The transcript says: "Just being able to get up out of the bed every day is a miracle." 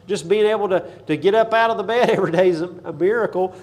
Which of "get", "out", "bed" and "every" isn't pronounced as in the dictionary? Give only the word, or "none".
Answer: none